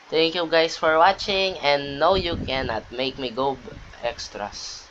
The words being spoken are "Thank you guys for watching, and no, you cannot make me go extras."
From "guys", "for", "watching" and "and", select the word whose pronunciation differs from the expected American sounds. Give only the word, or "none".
guys